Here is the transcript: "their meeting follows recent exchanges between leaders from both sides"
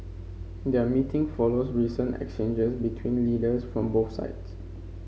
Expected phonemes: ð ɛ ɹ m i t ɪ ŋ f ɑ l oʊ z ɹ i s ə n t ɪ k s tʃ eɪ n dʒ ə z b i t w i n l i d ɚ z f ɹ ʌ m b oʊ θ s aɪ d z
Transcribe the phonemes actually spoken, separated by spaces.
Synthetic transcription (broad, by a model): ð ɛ m i t ɪ ŋ f ɑ l oʊ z ɹ i s ə n t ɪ k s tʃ eɪ n dʒ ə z b i t w i n l i d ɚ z f ɹ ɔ m b oʊ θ s aɪ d s